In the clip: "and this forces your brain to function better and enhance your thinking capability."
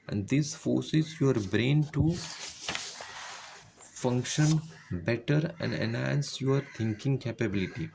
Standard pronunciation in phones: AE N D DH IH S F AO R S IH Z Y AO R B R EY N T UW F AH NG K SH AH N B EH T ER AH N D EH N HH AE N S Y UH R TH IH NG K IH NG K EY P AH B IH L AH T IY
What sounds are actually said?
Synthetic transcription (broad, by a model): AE N D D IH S F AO R S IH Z Y AO R B R EY N T UW F AH NG K SH AH N B EH T ER AH N D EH N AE N S Y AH R T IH NG K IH NG K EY P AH B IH L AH T IY